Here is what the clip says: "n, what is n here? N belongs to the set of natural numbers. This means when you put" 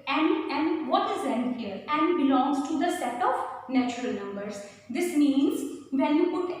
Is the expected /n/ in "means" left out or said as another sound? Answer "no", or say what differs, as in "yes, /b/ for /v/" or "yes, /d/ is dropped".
no